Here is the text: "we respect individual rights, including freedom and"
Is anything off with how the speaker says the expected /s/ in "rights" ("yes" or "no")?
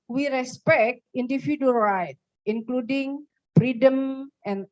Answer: yes